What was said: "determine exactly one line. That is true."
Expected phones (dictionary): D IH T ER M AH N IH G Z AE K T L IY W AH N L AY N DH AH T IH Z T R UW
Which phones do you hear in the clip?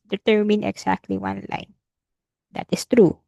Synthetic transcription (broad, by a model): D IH T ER M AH N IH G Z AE K T L IY W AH N L AY N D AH T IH S T R UW